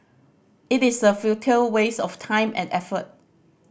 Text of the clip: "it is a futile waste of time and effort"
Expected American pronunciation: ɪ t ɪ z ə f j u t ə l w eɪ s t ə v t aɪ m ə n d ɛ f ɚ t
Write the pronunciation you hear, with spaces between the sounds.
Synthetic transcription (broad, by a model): ɪ t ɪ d ə f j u t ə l w eɪ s ə f t aɪ m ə n ɛ f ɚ t